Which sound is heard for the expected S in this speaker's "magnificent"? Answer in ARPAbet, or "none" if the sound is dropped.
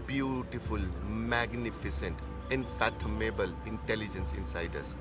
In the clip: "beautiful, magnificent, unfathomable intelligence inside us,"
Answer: S